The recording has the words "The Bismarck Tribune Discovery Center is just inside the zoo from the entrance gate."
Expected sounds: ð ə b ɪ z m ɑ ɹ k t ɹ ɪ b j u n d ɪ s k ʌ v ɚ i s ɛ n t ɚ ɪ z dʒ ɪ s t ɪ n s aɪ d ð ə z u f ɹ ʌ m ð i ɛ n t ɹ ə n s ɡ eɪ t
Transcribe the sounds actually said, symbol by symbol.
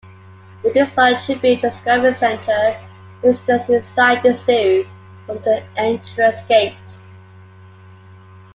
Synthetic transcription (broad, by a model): ð ə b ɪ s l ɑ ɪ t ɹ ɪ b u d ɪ s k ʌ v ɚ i s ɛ n t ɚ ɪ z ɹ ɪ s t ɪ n s aɪ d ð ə s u f ɹ ʌ m ð i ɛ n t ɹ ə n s ɡ eɪ t